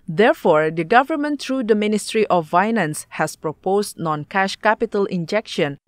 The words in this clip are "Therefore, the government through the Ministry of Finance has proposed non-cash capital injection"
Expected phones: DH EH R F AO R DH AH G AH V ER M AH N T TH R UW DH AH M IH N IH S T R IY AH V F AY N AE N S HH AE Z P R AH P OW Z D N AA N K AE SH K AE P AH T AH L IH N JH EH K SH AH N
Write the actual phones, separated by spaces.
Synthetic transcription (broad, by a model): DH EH R F AO R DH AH G AH V ER M AH N T R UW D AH M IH N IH S T R IY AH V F AY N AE N S HH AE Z P R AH P OW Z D N AA N K AE SH K AE P AH T AH L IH N JH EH K SH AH N